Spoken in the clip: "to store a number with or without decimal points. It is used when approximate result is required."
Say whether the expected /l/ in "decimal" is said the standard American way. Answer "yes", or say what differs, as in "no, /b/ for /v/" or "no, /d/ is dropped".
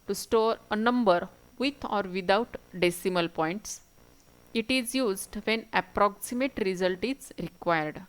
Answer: yes